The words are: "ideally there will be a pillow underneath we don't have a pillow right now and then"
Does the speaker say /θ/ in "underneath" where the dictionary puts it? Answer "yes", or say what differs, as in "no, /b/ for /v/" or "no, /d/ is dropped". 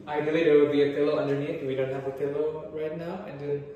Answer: no, /t/ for /θ/